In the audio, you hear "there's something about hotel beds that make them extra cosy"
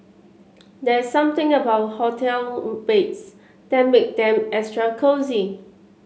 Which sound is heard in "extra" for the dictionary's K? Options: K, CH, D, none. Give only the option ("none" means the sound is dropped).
none